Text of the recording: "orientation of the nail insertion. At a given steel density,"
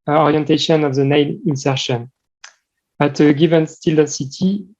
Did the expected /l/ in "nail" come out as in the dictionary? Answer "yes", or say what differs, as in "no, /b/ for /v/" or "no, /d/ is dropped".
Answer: no, /n/ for /l/